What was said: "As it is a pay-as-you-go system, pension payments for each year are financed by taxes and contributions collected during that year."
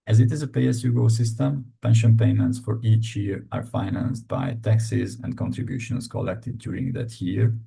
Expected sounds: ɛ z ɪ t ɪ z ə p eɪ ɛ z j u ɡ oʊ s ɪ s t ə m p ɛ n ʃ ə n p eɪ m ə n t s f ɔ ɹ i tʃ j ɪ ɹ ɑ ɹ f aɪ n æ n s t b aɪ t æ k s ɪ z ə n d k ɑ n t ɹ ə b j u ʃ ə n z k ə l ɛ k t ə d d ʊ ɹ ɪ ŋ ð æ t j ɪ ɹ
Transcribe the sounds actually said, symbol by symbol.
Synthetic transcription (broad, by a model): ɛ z ɪ t ɪ z ə p eɪ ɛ s j u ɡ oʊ s ɪ s t ə m p ɛ n ʃ ə n p eɪ m ə n t s f ɔ ɹ i tʃ j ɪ ɹ ɑ ɹ f aɪ n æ n s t b aɪ t æ k s ɪ z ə n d k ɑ n t ɹ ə b j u ʃ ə n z k ə l ɛ k t ə d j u ɹ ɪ ŋ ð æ t j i ɹ